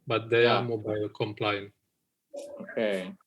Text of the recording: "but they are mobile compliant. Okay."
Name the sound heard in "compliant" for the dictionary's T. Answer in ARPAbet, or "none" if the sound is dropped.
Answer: none